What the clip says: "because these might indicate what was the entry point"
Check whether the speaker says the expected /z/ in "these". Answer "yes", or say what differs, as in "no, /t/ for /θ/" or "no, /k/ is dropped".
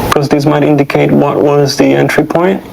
no, /s/ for /z/